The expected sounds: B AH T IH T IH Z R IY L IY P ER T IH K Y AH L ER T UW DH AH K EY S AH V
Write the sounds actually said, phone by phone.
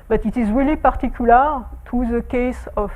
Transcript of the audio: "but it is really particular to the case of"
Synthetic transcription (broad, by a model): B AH T IH T IH Z R IY L IY P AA T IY K Y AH L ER T UW DH AH K EY S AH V